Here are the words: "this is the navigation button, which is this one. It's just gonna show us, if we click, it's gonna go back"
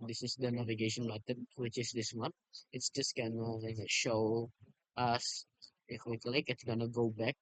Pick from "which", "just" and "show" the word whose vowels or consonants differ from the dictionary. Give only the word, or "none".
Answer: none